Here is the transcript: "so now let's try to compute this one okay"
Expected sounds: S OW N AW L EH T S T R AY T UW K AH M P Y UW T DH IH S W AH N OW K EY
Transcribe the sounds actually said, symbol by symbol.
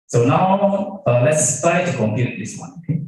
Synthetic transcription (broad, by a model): S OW N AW L EH T S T AY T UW K AH M P Y UW T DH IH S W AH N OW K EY